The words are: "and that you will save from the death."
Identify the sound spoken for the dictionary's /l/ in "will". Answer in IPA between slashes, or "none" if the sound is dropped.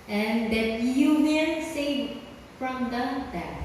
/n/